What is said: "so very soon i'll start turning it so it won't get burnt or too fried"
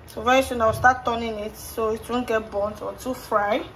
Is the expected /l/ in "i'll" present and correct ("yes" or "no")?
no